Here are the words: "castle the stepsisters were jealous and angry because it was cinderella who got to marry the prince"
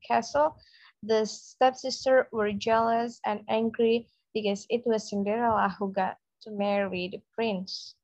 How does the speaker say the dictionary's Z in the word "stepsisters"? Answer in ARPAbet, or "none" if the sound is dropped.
none